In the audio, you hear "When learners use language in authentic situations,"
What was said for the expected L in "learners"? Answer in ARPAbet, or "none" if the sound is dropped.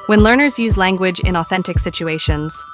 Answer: L